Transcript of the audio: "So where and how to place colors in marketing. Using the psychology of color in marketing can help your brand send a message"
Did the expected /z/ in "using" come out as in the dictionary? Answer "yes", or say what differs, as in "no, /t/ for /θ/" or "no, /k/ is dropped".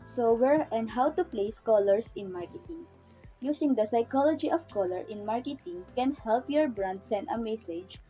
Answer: no, /s/ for /z/